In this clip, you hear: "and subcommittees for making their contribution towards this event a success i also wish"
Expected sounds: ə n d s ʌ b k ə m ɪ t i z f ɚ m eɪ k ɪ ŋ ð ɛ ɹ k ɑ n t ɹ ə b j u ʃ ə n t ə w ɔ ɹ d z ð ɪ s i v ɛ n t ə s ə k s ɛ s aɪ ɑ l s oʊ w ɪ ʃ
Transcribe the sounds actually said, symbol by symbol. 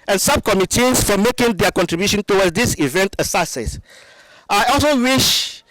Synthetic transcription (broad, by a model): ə n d s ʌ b k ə m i t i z f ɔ m eɪ k ɪ ŋ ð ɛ k ɑ n t ɹ ə b j u ʃ ə n t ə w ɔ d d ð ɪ s i v ɛ n t ə s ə s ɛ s aɪ ɑ l s oʊ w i ʃ